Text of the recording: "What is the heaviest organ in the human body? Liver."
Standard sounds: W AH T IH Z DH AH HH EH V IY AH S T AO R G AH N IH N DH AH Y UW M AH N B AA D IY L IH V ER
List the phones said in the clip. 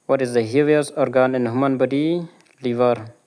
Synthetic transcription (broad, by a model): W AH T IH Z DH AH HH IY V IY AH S AO R G AH N IH N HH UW M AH N B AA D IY L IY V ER